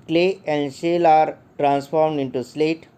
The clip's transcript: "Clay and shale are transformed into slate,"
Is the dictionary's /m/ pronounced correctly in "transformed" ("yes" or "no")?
yes